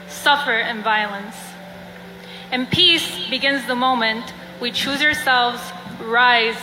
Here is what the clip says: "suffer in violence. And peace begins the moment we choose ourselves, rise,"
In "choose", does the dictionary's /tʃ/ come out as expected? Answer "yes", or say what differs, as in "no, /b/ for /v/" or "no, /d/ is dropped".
yes